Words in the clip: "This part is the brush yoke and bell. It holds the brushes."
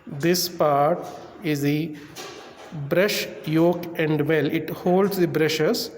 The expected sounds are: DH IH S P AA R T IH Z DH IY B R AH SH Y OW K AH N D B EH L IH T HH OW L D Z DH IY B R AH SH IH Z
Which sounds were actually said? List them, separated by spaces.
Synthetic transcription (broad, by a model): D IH S P AA R T IH Z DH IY B R AH SH Y OW K AH N D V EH L IH T HH OW L D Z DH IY B R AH SH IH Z